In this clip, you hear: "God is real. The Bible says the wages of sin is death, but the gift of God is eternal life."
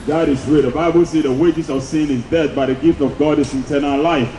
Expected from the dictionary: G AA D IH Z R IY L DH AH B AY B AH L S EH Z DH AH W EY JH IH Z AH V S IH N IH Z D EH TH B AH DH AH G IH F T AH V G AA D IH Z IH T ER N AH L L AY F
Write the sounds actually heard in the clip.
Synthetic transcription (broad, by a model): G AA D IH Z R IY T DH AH B AY B AH L S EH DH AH W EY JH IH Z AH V S IH N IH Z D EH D B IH DH AH G IH F T AH V G AA D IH S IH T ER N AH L L AY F